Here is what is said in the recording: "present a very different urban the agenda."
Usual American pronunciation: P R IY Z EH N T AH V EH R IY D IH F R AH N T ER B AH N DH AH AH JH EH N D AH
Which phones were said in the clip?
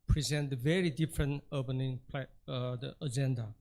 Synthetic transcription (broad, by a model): P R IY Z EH N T AH V EH R IY D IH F R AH N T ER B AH N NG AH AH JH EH N D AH